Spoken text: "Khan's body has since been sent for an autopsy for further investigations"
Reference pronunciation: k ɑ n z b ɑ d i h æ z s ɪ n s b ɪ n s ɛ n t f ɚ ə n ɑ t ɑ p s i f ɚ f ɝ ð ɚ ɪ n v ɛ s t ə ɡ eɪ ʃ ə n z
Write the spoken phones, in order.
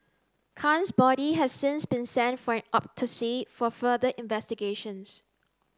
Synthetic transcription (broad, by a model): k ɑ n s b ɑ d i h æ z s ɪ n s b ɪ n s ɛ n t f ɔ ə n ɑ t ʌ s i f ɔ f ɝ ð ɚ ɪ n v ɛ s t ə ɡ eɪ ʃ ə n s